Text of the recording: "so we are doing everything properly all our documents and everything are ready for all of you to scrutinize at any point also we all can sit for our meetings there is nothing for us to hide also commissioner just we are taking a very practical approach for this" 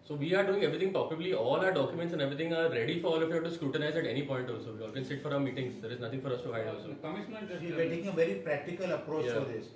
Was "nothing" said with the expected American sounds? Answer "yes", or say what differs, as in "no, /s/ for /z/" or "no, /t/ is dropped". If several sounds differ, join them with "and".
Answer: no, /t/ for /θ/